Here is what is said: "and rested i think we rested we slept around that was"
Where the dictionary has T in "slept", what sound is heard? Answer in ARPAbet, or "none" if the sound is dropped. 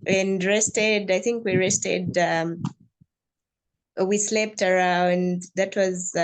T